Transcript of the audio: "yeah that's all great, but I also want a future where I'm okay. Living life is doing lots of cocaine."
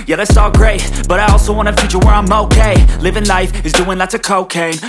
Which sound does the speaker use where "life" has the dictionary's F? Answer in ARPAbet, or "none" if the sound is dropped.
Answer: F